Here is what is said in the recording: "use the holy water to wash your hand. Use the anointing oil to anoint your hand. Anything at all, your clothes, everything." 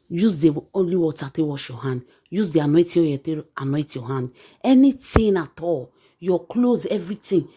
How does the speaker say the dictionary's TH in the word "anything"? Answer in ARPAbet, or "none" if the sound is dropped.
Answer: T